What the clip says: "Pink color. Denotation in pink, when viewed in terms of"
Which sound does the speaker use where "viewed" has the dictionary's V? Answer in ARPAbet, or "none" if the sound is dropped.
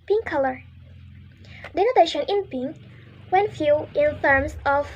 F